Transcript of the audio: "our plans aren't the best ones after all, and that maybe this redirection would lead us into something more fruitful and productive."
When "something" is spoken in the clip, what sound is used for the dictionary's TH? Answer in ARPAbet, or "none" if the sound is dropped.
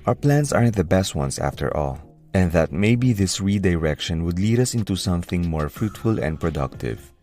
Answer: TH